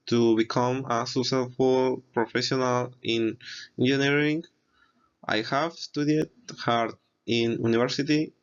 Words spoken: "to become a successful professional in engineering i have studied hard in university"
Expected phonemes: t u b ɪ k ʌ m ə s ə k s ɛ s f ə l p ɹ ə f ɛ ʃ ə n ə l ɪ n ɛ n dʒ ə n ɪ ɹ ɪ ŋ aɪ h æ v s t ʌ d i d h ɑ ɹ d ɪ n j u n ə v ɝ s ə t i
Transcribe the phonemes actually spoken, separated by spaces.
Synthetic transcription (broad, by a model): t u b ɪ k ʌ m ə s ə s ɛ f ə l p ɹ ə f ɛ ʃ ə n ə l ɪ n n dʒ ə n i ɹ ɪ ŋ aɪ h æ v s t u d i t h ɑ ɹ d ɪ n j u n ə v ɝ s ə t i